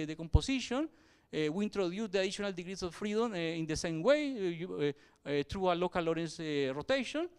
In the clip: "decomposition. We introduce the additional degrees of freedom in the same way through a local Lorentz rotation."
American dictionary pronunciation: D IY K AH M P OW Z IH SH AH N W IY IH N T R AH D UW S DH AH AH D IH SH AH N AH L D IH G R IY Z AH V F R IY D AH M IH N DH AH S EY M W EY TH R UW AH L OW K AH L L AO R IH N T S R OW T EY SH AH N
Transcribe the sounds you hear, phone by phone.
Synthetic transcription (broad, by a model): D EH K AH M P OW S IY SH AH N W IY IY N T R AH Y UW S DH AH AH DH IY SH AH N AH L D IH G R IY S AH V F R IY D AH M IH N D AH S EY M W EY T R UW AH L OW K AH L L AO R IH N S R OW T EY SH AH N